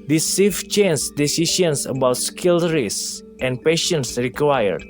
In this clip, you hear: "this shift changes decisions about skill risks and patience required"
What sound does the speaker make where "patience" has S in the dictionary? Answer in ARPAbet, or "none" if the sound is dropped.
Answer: S